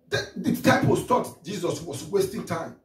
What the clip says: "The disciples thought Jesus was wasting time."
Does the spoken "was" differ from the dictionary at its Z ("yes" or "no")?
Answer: yes